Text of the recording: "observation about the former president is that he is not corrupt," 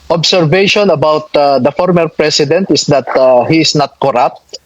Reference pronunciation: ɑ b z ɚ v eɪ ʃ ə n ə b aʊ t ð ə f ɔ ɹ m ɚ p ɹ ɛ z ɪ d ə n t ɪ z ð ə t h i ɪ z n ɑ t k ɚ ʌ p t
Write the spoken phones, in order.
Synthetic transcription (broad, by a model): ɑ b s ɚ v eɪ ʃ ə n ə b aʊ t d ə f ɔ ɹ m ɚ p ɹ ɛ s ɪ d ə n t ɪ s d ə t h i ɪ s n ɑ t k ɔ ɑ p t